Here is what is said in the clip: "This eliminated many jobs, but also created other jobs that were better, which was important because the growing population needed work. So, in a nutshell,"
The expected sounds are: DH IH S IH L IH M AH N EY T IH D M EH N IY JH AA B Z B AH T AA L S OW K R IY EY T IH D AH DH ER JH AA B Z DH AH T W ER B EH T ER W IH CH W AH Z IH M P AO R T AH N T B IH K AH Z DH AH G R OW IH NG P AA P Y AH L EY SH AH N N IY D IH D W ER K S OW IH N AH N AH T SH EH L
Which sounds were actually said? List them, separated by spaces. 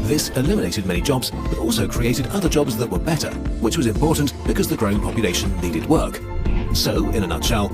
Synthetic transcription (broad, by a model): DH IH S IH L IH M AH N EY T IH D M EH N IY JH AA B Z B AH T AA L S OW K R IY EY T IH D AH DH ER JH AA B Z DH AH T W ER B EH T ER W IH CH W AH Z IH M P AO R T N B IH K AH Z DH AH G R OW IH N P AA P Y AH L EY SH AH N N IY D IH D W ER K S OW IH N AH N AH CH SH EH L